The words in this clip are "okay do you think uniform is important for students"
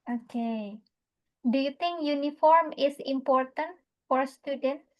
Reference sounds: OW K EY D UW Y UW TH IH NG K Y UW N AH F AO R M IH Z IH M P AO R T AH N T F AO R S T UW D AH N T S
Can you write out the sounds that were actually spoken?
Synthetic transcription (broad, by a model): OW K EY D UW Y UW T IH NG K Y UW N AH F AO R M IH S IH M P AO R T AH N T F AO R S T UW D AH N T